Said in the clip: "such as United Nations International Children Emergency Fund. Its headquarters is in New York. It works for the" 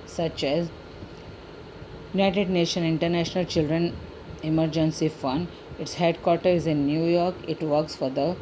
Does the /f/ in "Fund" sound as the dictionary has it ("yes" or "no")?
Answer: yes